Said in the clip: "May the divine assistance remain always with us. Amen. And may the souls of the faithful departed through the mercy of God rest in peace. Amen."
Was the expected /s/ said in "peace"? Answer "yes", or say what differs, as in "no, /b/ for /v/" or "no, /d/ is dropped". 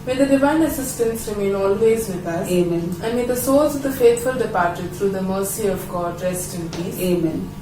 no, /s/ is dropped